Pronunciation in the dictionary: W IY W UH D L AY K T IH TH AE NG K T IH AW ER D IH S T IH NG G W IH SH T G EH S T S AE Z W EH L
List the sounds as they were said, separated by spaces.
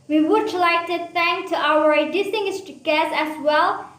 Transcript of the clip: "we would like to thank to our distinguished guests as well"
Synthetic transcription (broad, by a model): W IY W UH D L AY K T IH TH AE NG K T IH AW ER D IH S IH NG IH S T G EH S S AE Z W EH L